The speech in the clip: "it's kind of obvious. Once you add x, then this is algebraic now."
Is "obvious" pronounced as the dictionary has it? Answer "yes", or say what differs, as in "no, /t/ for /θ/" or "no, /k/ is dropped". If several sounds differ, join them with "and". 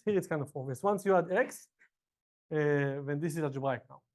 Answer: no, /b/ is dropped